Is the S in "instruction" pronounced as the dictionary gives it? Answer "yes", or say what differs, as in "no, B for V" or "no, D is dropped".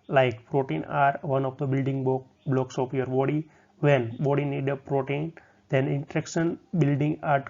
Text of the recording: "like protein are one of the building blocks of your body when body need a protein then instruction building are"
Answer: no, S is dropped